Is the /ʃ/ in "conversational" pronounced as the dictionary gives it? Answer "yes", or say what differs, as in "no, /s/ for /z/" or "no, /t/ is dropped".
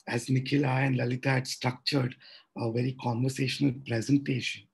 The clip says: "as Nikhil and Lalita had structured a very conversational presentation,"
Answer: yes